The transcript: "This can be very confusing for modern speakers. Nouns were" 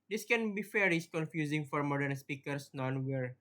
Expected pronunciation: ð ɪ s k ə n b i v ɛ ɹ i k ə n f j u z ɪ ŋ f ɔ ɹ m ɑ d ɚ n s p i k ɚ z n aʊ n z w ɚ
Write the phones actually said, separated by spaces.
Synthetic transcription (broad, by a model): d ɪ s k ə n b i f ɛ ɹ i k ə n f j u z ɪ ŋ f ɔ ɹ m ɑ d ɚ n s p i k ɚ s n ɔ n w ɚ